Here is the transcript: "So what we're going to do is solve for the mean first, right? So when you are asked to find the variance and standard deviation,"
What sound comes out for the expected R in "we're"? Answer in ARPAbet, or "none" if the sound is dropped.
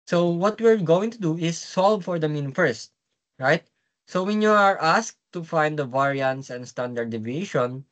R